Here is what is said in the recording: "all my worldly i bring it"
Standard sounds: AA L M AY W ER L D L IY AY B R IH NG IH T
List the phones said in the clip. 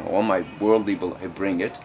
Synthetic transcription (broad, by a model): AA L M AY W ER L D L IY AY B R IH NG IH T